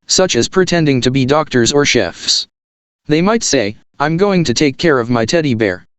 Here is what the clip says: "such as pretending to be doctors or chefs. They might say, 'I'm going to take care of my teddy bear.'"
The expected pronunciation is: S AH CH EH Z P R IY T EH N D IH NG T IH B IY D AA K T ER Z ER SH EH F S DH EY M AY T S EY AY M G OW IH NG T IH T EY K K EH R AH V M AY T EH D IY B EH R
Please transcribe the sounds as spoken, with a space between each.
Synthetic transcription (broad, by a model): S AH CH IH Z P R IY T EH N D IH NG T IH B IY D AA K T ER Z ER SH EH F S DH EY M AY T S EY AY M G OW IH NG T IH T EY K K EH R AH V M AY T EH D IY B EH R